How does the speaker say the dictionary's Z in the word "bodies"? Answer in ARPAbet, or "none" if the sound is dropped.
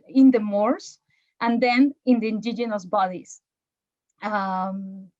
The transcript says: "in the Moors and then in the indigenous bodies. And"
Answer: S